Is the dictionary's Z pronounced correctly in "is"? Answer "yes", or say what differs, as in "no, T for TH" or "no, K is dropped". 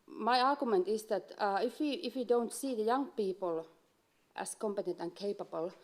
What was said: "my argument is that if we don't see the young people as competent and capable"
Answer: no, S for Z